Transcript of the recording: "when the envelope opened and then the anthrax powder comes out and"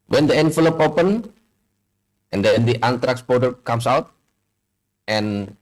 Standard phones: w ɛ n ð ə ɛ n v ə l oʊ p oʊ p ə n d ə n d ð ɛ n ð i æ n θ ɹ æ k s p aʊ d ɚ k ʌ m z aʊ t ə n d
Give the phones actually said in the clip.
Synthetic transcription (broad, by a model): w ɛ n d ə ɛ n f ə l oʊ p oʊ p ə n ə n d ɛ n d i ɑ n t ɹ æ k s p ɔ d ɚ k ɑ m s aʊ t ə n